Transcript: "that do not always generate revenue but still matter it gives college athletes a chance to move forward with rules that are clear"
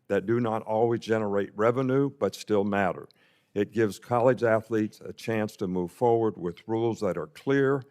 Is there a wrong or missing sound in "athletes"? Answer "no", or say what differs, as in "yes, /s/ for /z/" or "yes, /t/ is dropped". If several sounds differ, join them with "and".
no